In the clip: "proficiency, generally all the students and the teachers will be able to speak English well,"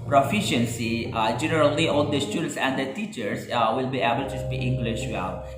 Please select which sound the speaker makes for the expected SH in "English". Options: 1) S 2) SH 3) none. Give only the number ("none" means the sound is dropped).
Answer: 2